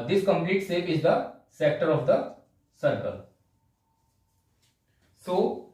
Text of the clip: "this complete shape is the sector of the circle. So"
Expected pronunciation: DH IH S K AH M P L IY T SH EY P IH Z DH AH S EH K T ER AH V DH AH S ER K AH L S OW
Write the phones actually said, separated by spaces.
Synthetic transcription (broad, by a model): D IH S K AH M P L IY T S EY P IH Z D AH S EH K T ER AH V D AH S ER K AH L S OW